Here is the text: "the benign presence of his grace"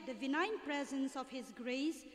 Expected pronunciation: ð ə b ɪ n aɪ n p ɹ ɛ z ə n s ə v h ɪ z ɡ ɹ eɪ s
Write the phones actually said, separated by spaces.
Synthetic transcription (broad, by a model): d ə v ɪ n aɪ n p ɹ ɛ z ə n s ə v h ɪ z ɡ ɹ eɪ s